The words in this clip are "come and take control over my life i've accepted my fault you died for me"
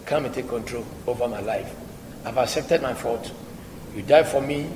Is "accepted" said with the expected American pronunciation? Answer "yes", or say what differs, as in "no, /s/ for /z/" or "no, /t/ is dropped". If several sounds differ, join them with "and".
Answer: yes